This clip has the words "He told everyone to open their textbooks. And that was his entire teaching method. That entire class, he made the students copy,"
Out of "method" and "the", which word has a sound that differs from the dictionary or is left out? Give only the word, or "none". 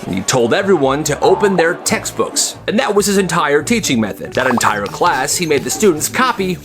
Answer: none